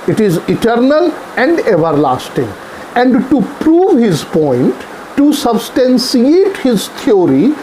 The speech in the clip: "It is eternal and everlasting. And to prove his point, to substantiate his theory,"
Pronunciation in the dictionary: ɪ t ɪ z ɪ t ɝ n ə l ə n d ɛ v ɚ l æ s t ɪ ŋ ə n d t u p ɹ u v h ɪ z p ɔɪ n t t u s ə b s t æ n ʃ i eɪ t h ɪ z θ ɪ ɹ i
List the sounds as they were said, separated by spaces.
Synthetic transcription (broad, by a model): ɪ t ɪ z ɪ t ɝ n ə l ə n d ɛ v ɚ l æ s t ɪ ŋ ə n d t u p ɹ u v h ɪ z p ɔɪ n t t u s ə b s t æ n s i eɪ t h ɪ z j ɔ ɹ i